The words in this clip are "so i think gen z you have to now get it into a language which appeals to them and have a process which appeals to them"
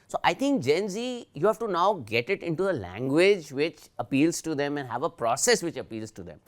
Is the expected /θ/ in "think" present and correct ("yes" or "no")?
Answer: no